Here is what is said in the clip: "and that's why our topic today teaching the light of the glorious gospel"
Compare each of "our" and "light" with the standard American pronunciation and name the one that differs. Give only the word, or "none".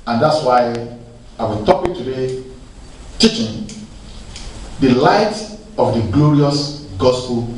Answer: our